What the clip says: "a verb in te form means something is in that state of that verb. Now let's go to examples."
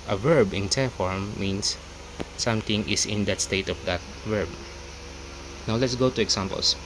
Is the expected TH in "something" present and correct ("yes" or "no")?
no